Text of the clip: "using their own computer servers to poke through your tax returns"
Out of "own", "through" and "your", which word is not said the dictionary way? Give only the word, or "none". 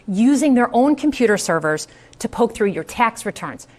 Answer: none